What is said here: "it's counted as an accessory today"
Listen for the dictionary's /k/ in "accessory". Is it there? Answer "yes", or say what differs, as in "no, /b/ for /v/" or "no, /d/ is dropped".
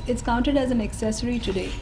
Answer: yes